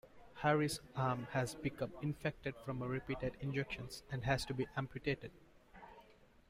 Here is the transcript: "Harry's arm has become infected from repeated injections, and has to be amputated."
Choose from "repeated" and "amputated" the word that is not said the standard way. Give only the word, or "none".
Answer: none